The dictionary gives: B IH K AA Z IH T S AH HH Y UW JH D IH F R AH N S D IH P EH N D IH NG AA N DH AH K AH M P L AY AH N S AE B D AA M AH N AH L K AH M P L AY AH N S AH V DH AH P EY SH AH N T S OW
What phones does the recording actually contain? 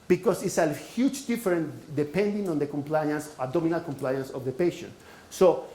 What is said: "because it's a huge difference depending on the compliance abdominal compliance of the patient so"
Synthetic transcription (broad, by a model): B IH K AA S IH T S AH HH Y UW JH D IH F R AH N D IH P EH N D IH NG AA N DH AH K AH M P L AY AH N S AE D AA M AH N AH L K AH M P L AY AH N S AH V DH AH P EY SH AH N T S OW